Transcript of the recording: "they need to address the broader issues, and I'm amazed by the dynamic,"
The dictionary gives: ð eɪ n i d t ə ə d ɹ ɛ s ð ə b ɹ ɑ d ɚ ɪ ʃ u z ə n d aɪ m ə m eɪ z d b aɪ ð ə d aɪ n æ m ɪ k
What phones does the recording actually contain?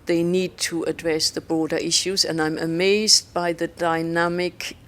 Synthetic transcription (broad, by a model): ð eɪ n i d t ə ə d ɹ ɛ s ð ə b ɹ ɑ d ɚ ɪ ʃ u z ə n aɪ m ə m eɪ z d b aɪ ð ə d aɪ n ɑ m ɪ k